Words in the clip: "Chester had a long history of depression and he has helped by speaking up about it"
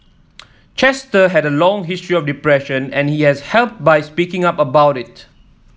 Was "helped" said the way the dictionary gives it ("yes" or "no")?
yes